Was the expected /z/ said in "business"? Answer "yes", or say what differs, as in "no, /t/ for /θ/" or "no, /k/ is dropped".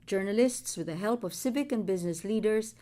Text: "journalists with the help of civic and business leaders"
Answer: yes